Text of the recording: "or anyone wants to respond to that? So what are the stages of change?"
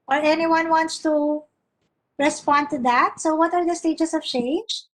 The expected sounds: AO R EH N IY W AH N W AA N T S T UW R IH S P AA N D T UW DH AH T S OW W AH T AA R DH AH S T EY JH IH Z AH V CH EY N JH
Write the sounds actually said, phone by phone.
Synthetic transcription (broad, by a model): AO R EH N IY W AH N W AA N T S T UW R IH S P AA N D T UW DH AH T S OW W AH T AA R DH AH S T EY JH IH S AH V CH EY N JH